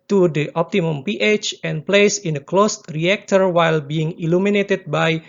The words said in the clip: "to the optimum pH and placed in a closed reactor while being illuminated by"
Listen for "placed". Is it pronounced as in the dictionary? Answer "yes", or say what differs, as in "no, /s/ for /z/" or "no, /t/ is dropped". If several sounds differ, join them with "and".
no, /t/ is dropped